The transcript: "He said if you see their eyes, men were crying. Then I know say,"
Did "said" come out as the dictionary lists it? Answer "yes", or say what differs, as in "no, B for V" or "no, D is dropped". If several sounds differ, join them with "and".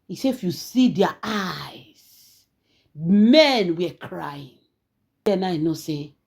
no, D is dropped